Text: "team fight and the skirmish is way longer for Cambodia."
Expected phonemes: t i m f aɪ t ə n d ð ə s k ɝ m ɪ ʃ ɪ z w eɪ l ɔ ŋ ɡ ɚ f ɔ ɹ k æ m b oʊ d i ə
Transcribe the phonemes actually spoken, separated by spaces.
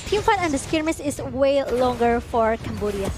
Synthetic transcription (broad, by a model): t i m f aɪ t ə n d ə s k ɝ m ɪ s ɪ s w eɪ l ɔ ŋ ɡ ɚ f ɔ ɹ k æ m b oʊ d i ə